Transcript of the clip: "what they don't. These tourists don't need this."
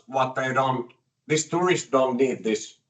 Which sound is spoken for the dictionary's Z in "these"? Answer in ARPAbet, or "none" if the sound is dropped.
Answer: S